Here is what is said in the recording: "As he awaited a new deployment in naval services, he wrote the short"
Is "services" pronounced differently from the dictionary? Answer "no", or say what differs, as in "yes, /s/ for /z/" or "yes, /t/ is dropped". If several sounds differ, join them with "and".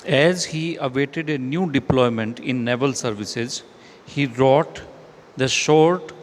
no